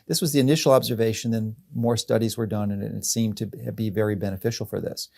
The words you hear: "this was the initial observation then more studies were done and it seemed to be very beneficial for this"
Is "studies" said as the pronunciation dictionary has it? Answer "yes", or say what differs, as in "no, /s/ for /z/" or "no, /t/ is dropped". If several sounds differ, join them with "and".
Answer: yes